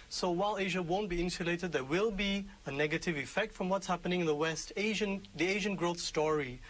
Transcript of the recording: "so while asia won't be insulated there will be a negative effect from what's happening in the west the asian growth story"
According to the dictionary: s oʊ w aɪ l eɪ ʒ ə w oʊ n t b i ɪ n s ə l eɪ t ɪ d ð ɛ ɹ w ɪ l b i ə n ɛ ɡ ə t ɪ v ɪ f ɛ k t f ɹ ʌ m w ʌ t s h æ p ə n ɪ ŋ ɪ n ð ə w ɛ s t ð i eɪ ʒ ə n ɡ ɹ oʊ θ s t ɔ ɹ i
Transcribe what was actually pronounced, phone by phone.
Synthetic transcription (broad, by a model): s oʊ w aɪ l eɪ ʒ ə w oʊ n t b i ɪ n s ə l eɪ t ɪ d ð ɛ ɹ w ɪ l b i ə n ɛ ɡ ə t ɪ v ɪ f ɛ k t f ɹ ʌ m w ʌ t s h æ p ə n ɪ ŋ ɪ n ð ə w ɛ s t ð i eɪ ʒ ə n ɡ ɹ oʊ θ s t ɔ ɹ i